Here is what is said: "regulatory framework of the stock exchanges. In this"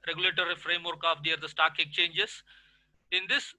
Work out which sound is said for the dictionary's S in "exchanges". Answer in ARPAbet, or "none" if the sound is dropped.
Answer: none